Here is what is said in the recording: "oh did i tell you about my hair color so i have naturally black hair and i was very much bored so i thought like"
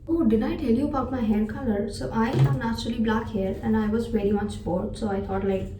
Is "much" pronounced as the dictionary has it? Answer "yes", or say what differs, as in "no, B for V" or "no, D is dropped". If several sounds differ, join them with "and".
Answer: yes